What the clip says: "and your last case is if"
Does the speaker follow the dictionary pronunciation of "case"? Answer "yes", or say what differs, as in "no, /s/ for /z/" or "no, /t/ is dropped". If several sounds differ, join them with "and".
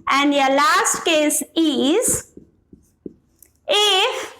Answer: yes